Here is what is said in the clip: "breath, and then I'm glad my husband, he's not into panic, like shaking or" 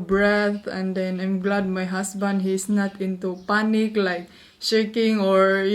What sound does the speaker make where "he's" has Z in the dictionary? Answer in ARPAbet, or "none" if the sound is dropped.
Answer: S